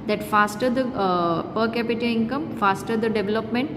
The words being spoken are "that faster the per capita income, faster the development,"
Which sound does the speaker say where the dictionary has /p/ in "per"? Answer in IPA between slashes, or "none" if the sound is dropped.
/p/